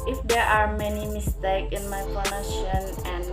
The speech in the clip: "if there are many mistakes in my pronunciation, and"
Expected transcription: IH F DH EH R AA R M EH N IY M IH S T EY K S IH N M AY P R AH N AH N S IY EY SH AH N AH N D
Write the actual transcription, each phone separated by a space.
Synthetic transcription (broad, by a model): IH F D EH R AA R M EH N IY M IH S T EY K IH N M AY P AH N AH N IY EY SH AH N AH N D